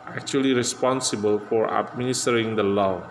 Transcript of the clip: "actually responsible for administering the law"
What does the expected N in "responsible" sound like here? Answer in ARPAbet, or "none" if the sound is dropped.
N